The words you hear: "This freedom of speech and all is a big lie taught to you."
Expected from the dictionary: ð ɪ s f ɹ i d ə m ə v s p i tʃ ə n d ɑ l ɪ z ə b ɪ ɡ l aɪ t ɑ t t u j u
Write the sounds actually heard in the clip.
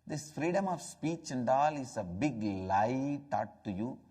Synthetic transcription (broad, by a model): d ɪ s f ɹ i d ə m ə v s p i tʃ ə n d ɑ l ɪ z ə b ɪ ɡ l aɪ t ɑ t t u j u